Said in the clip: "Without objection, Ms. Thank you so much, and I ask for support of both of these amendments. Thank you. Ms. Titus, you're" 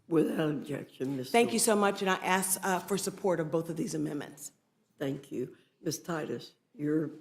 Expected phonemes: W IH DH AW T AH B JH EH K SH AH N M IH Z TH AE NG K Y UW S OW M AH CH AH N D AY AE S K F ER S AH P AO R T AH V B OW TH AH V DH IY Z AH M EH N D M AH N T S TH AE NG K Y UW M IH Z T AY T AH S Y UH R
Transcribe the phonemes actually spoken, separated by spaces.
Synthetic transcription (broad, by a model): W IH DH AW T AH B JH EH K SH AH N M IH S TH AE NG K Y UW S OW M AH CH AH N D AY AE S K F ER S AH P AO R T AH V B OW TH AH V DH IY Z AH M EH N M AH N T S TH AE NG K Y UW M IH S T AY T AH S Y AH R